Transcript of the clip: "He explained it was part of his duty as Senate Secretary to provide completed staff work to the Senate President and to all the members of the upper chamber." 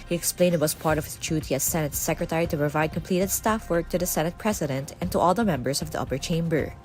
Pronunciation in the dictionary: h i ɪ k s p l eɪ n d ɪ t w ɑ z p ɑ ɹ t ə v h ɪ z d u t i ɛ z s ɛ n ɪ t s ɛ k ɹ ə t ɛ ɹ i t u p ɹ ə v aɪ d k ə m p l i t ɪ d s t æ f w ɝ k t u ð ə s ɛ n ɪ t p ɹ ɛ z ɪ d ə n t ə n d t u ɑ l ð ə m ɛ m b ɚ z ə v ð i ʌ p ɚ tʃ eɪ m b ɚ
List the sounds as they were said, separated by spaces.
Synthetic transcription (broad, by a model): h i ɪ k s p l eɪ n d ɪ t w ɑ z p ɑ ɹ t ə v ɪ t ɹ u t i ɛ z s ɛ n ɪ t s ɛ k ɹ ə t ɛ ɹ i t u p ɹ ə v aɪ d k ə m p l i t ɪ d s t æ f w ɝ k t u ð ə s ɛ n ɪ t p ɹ ɛ s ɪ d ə n t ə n t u ɑ l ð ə m ɛ m b ɚ s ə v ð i ʌ p ɚ tʃ eɪ m b ɚ